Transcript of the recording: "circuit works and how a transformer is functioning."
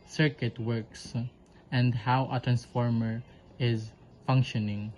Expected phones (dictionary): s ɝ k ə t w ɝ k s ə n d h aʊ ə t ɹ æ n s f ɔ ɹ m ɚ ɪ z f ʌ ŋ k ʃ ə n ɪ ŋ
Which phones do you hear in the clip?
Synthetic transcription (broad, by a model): s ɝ k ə t w ɝ k s ə n d h aʊ ə t ɹ æ n s f ɔ ɹ m ɚ ɪ z f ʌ ŋ k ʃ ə n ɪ ŋ